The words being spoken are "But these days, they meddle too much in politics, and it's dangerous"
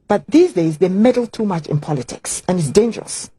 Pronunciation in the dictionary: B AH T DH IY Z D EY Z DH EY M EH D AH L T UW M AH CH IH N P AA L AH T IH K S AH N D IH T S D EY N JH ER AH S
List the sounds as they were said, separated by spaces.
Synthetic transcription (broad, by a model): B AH T DH IY Z D EY Z DH EY M EH D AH L T UW M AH CH IH N P AA L AH T IH K S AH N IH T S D EY N JH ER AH S